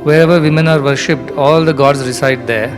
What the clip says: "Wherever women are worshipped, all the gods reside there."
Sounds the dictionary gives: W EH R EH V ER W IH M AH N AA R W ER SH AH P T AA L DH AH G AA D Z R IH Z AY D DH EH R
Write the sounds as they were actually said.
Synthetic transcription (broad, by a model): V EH R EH V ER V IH M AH N AA R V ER SH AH P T AA L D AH G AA D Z R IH S AY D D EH R